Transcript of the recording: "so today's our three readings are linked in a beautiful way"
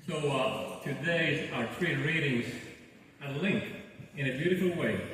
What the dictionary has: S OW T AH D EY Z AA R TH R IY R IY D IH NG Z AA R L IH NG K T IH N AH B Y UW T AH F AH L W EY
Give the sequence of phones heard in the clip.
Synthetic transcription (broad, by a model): S OW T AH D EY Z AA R T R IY R IY D IH NG Z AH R L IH NG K IH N AH B Y UW T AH F L W EY